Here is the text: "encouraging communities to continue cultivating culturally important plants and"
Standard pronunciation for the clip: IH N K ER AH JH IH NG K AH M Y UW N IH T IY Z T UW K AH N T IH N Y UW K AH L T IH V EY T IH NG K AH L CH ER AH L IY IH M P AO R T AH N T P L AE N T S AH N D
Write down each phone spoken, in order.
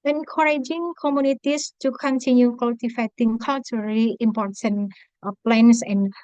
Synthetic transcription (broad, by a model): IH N K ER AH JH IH NG K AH M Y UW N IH T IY S T UW K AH N T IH N Y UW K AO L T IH F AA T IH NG K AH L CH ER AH L IY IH M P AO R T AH N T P L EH N S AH N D